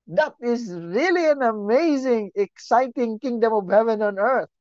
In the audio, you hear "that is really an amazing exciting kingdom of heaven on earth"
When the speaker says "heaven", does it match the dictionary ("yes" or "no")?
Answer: yes